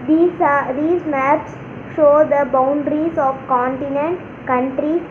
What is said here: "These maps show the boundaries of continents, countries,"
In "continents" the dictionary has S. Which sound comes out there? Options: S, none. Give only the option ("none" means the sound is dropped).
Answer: none